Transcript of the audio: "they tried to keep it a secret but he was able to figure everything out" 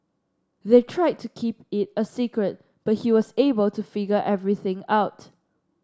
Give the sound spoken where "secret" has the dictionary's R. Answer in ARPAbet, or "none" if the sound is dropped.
R